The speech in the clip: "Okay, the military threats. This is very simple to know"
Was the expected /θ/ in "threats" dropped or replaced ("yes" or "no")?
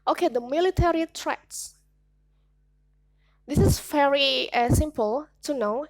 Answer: yes